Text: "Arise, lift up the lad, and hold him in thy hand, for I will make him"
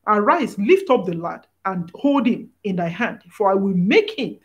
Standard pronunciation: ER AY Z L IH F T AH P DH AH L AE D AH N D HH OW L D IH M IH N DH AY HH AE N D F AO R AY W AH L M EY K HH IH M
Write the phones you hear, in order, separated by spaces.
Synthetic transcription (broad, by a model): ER AY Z L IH F T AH P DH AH L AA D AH N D HH OW L D IH M IH N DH AY HH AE N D F AO R AY W AH L M EY K HH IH M